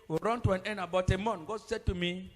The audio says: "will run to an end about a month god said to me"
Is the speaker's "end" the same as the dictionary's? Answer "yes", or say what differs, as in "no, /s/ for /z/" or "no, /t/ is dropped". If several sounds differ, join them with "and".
no, /d/ is dropped